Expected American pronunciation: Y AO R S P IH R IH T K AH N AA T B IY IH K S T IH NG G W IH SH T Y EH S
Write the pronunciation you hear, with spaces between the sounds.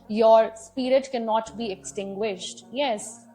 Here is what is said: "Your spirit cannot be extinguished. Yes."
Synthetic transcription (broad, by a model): Y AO R S P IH R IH T K AH N AA T B IY IH K S T IH NG G W IH SH T Y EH S